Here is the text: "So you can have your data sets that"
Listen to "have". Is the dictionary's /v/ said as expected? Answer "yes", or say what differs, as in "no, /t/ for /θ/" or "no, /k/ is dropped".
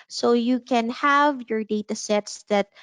yes